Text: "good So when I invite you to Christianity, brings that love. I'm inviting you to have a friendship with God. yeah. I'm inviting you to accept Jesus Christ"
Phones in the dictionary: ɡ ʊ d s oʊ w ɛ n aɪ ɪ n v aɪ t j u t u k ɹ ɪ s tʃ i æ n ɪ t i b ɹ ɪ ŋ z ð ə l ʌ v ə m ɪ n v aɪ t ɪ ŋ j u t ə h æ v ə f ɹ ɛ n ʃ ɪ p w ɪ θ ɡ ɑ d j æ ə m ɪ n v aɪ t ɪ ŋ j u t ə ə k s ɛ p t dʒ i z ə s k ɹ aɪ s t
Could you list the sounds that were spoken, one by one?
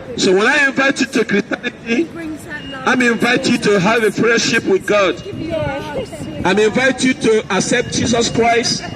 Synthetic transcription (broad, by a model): s oʊ w ɛ n aɪ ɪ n v aɪ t j u t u k ɹ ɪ s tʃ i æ n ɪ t i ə ə m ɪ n v aɪ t j u t ə h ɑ v ə f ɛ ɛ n ʃ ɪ p w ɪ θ ɡ ɑ d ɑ ə m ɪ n v aɪ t j u t ə ə k s ɛ p t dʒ i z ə s k ɹ aɪ s t